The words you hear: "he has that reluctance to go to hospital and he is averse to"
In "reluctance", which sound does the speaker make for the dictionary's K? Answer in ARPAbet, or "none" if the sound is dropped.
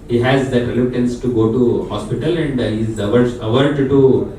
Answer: none